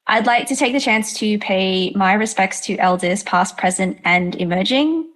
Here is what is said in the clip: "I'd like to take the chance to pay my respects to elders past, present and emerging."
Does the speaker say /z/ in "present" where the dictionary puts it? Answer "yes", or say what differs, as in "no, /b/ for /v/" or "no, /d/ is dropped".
yes